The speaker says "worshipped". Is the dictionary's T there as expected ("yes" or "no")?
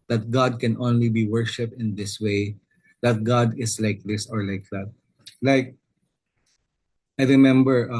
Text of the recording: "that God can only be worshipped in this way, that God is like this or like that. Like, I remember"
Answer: yes